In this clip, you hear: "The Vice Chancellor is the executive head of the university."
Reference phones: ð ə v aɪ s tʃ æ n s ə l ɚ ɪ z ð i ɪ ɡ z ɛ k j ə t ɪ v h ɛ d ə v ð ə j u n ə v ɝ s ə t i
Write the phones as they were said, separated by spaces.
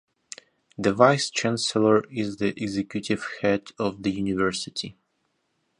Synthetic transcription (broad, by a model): ð ə v aɪ s tʃ æ n s ə l ɚ ɪ z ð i ɪ ɡ z ɛ k j ə t ɪ v h ɛ d ə v ð ə j u n ə v ɝ s ə t i